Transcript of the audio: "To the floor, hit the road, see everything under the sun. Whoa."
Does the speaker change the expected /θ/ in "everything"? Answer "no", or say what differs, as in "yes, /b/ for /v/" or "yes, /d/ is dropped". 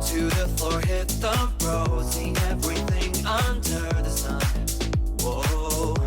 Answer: no